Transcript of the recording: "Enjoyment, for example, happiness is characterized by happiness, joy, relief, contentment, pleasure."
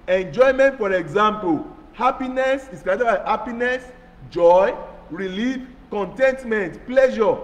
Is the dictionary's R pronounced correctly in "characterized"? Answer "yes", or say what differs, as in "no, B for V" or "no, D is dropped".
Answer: no, R is dropped